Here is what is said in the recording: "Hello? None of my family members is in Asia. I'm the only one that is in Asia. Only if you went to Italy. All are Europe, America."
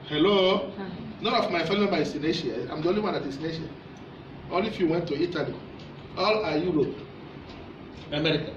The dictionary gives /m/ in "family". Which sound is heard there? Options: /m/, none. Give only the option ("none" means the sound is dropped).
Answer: none